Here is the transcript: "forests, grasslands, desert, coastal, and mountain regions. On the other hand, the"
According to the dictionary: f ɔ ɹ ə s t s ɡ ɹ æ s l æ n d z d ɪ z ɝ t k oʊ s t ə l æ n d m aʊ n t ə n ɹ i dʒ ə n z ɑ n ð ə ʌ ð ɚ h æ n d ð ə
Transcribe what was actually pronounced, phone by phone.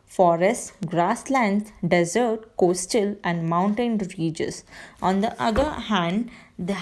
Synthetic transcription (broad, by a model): f ɔ ɹ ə s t ɡ ɹ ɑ s l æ n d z d ɪ z ɝ t k oʊ s t ə l æ n d m aʊ n t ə n ɹ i dʒ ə z ɑ n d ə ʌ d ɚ h æ n d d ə